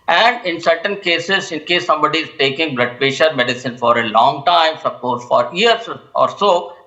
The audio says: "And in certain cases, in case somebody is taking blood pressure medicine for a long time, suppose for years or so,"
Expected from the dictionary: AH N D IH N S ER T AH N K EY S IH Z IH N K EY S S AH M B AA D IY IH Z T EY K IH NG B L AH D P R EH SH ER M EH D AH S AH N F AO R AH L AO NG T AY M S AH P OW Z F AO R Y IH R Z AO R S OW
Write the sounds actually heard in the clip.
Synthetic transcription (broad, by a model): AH N D IH N S ER T AH N K EY S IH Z IH N K EY S S AH M B AA D IY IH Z T EY K IH NG B L AH D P EH SH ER M EH D AH S AH N F AO R AH L AO NG T AY M S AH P OW S F AO R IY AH R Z AO R S OW